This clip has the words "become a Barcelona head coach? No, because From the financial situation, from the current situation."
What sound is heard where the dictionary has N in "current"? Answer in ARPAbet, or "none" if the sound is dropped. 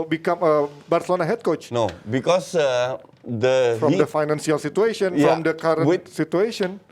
none